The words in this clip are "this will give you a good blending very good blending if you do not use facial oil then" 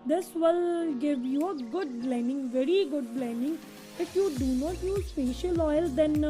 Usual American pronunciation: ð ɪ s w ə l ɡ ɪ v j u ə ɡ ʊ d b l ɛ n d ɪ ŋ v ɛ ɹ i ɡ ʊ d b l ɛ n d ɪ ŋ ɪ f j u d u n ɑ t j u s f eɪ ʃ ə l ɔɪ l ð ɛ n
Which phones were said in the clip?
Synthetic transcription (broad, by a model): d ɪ s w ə l ɡ ɪ v j u ə ɡ ʊ d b l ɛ n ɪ ŋ v ɛ ɹ i ɡ ʊ d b l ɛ n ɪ ŋ ɪ f j u d u n ɑ t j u s p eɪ ʃ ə l ɔɪ l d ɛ n